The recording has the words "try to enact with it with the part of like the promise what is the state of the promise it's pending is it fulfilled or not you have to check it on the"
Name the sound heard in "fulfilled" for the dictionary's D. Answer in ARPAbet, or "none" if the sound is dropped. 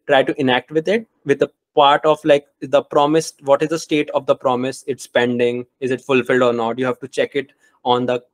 D